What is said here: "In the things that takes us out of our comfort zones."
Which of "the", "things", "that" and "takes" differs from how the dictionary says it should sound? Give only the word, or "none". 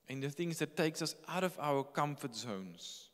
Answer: none